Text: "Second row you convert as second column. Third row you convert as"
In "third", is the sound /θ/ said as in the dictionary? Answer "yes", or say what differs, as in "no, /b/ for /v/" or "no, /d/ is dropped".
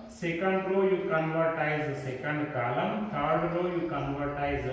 no, /t/ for /θ/